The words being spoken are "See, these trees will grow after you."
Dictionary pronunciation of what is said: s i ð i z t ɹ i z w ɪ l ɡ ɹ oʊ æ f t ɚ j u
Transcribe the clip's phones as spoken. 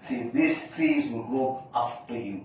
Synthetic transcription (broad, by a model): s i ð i s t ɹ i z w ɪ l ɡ oʊ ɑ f t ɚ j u